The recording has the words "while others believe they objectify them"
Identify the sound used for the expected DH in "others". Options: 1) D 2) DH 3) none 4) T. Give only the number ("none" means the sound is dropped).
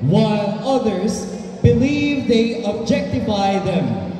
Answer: 2